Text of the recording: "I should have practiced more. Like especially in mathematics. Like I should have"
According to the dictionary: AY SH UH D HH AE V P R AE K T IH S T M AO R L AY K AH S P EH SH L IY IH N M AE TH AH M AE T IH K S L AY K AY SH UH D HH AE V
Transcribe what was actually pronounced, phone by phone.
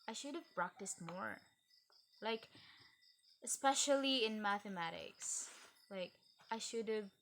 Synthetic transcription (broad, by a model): AY SH UH D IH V P R AE K T IH S T M AO R L AY K AH S P EH SH L IY IH N M AE TH AH M AE T IH K S L AY K AY SH UH D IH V